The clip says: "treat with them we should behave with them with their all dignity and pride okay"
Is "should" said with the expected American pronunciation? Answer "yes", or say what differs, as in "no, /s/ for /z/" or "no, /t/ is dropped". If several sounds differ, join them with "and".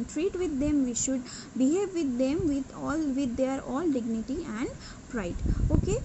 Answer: yes